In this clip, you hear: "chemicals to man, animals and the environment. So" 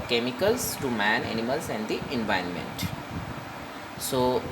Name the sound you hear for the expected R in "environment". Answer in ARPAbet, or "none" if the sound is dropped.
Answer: none